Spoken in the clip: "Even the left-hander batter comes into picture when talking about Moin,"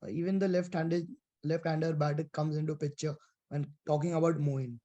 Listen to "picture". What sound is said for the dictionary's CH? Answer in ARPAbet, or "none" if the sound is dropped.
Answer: CH